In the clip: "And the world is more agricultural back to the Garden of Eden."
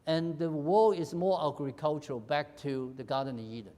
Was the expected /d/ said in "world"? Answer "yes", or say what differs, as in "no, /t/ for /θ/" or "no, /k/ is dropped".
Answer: no, /d/ is dropped